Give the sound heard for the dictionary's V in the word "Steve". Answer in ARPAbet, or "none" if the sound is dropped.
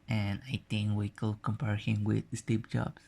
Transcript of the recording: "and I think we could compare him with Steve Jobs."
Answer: P